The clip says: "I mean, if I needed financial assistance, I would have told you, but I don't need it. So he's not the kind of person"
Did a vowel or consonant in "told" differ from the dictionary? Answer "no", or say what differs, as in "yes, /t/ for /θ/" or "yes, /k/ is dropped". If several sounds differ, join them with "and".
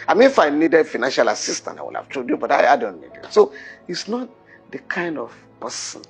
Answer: yes, /l/ is dropped